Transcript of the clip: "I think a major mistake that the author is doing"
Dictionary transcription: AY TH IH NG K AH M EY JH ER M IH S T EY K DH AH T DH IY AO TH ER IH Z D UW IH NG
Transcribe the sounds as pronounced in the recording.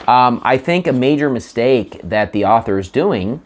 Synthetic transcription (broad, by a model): AY TH IH NG K AH M EY JH ER M IH S T EY K DH AH T DH IY AO TH ER IH Z D UW IH NG